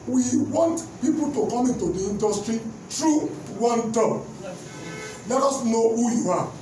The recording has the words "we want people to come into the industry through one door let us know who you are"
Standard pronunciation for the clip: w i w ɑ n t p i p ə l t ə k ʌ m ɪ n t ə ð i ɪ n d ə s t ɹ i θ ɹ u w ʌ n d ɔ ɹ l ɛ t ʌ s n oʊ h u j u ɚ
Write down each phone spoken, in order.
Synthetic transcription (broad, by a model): w i w ɑ n t p i p ə l t ə k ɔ m ɪ n t ə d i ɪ n d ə s t ɹ i t ɹ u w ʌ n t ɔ l ɛ t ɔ s n oʊ h u j u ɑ